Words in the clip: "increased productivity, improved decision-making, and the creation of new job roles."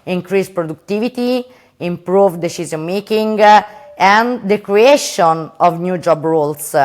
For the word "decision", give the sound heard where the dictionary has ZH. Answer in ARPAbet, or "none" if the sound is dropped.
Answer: Z